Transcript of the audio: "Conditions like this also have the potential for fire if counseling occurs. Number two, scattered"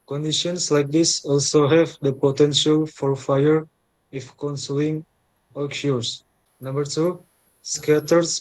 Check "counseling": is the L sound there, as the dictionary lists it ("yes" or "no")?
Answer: no